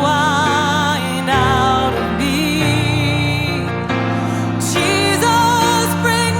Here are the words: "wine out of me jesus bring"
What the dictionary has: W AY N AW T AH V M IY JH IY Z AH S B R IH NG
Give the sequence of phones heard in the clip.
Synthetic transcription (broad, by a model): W AY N AW T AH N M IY CH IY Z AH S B R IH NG